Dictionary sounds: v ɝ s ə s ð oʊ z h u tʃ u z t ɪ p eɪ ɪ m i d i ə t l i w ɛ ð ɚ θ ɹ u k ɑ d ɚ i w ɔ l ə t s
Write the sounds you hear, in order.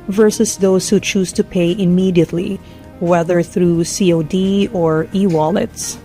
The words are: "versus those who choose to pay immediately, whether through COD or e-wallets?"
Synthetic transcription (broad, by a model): v ɝ s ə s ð oʊ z h u tʃ u z t ɪ p eɪ ɪ m i d i ə t l i w ɛ ð ɚ θ ɹ u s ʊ d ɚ i w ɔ l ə t s